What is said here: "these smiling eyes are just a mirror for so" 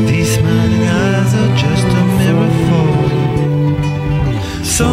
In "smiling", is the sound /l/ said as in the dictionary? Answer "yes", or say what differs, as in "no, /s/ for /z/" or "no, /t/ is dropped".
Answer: no, /n/ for /l/